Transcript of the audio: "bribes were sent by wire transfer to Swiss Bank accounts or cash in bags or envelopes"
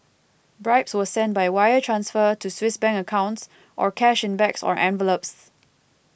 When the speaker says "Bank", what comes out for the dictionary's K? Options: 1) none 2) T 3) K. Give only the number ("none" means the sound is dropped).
1